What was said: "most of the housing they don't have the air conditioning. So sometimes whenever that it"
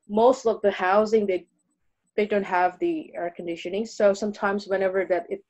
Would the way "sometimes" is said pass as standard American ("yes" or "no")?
yes